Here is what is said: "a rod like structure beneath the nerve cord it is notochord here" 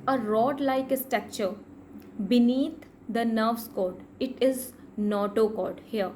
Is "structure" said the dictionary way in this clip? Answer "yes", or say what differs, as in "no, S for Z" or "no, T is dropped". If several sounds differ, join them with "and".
no, R is dropped